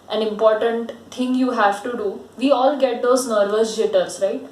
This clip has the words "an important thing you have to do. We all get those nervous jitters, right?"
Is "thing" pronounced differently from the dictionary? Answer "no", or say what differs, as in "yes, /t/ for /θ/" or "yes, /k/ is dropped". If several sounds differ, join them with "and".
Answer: yes, /t/ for /θ/